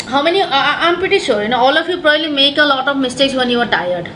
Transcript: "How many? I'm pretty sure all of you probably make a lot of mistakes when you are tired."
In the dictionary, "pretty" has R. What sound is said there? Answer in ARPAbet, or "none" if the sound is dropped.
none